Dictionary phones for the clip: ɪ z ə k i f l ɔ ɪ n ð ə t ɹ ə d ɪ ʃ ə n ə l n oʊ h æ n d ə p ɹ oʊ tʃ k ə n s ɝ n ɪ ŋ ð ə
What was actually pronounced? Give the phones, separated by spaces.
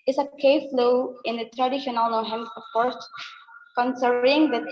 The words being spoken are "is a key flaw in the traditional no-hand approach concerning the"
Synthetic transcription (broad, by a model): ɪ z ə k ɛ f l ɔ ɪ n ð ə t ɹ ə d ɪ ʃ ə n ə l n oʊ h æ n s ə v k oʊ s k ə n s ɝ ɪ ŋ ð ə